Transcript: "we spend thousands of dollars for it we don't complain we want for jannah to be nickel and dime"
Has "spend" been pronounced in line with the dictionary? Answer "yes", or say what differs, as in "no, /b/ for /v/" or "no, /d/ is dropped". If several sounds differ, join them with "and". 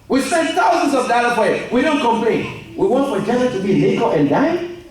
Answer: no, /p/ is dropped